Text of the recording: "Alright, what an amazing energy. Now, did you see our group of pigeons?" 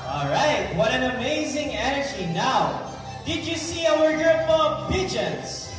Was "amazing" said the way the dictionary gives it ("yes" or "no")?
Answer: yes